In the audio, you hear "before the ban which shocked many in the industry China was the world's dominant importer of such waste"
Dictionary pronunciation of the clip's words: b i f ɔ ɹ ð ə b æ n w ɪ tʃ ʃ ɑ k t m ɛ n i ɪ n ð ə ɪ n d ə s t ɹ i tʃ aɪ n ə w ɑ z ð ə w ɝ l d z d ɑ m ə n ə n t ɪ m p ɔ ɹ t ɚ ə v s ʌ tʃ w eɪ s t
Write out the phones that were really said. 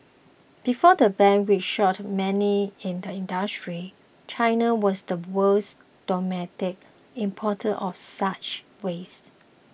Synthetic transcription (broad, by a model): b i f ɔ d ə b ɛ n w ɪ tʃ ʃ ɑ t m ɛ n i ɪ n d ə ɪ n d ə s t ɹ i tʃ aɪ n ə w ɑ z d ə w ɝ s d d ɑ m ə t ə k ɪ m p ɔ t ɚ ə f s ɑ tʃ w eɪ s